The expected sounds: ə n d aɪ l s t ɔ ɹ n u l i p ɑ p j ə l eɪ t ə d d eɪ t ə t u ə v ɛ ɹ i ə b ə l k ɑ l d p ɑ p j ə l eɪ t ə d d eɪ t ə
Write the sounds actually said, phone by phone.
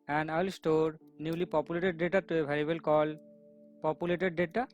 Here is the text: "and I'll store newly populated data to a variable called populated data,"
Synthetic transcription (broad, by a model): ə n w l s t ɔ ɹ n u l i p ɑ p j ə l eɪ t ə d d eɪ t ə t u ə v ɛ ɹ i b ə l k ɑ l p ɑ p j ə l eɪ t ə d d eɪ t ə